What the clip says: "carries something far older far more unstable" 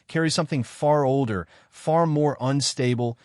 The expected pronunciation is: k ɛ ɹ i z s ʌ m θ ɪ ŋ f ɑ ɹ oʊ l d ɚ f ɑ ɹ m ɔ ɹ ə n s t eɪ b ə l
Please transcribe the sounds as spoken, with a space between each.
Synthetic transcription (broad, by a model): k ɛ ɹ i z s ʌ m θ ɪ ŋ f ɑ ɹ oʊ l d ɚ f ɑ ɹ m ɔ ɹ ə n s t eɪ b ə l